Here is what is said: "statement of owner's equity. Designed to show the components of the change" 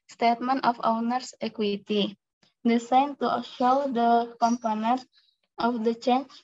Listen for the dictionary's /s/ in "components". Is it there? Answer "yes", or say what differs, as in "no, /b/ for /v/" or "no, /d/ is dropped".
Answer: no, /s/ is dropped